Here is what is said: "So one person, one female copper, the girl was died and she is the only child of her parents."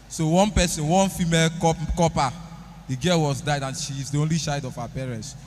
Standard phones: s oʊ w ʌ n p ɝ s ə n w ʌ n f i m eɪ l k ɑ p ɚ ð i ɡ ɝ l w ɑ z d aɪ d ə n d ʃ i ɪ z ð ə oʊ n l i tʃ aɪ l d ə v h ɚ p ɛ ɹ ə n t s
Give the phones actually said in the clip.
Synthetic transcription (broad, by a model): s oʊ w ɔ n p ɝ s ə n w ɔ n f i m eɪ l k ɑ p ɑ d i ɡ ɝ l w ɑ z d aɪ d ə n ʃ i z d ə oʊ n l i ʃ aɪ d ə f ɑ p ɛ ɹ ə n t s